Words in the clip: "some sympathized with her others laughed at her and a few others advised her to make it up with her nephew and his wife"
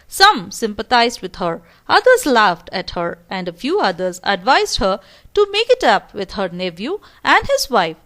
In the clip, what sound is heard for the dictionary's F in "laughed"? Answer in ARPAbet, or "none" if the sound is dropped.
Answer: F